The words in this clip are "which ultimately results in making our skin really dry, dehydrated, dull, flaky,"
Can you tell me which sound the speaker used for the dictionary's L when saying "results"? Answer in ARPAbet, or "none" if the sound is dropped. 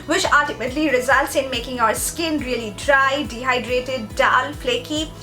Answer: L